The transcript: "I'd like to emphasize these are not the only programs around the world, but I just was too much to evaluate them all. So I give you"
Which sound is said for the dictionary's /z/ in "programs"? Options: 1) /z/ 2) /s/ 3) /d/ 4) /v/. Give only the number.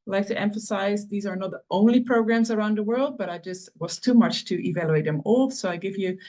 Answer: 1